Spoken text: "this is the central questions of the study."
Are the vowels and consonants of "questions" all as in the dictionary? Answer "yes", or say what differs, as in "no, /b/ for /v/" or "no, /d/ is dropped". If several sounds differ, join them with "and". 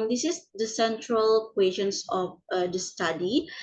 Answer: no, /s/ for /z/